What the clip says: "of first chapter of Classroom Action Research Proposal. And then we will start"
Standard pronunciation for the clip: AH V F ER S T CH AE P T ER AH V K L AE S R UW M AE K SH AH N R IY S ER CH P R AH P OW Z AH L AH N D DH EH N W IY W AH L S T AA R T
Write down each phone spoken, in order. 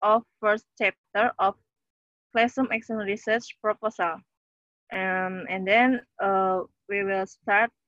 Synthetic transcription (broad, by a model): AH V F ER S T CH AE P T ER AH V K L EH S AH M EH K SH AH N R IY S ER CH P R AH P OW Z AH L AH N D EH N W IY W AH L S T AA R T